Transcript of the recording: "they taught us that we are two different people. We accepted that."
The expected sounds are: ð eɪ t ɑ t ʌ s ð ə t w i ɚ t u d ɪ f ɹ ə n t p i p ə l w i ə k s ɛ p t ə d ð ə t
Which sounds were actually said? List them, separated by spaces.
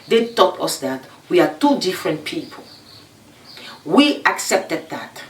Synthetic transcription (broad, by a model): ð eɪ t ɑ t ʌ s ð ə t w i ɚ t u d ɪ f ɹ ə n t p i p ə l w i ə k s ɛ p t ə d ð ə t